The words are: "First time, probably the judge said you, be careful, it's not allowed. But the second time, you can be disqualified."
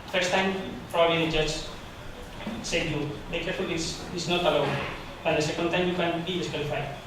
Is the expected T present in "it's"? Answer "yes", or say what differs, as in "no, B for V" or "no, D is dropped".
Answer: no, S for T